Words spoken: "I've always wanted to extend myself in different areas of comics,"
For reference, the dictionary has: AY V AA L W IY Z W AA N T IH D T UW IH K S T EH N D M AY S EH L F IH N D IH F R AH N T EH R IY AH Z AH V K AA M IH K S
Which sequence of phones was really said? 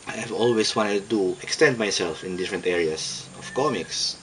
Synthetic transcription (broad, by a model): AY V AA L W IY S W AA N T IH D T UW IH K S T EH N D M AY S EH L F IH N D IH F R AH N T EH R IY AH S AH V K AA M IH K S